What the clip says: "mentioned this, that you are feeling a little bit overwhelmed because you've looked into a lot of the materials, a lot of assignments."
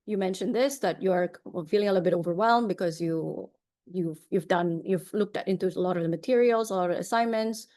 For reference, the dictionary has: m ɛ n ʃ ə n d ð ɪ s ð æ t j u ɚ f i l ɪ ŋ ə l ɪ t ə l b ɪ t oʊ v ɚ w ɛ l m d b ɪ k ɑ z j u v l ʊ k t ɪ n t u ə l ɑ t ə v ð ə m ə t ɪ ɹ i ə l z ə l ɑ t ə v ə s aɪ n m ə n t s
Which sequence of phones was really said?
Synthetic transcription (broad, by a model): m ɛ n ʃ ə n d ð ɪ s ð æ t j u ɚ f i l ɪ ŋ ə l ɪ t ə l b ɪ t oʊ v ɚ w ɛ l m b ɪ k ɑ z j u v l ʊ k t ɪ n t u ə l ɑ t ə v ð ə m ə t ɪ ɹ i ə l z ə l ɑ t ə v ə s aɪ n m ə n t s